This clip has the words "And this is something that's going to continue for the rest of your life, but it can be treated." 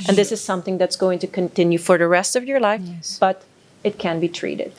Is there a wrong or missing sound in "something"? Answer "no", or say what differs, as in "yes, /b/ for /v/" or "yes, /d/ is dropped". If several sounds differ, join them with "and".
no